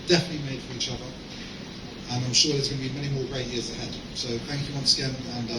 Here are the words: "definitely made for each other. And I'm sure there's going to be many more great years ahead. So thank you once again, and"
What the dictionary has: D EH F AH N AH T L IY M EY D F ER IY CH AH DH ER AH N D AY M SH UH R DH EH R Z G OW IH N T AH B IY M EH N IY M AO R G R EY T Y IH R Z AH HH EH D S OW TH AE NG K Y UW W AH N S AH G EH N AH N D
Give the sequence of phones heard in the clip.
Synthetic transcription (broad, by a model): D EH F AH N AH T L IY M EY D F ER IY CH AH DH ER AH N AY M SH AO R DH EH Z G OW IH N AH B IY M EH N IY M AO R G R EY T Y IH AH Z AH HH EH D S OW TH AE NG K Y UW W AH N S AH G EH N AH N